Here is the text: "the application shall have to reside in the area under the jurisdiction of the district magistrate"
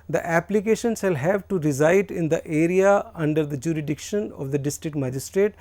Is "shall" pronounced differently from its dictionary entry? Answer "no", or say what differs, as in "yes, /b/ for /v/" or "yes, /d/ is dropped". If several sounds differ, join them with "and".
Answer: yes, /s/ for /ʃ/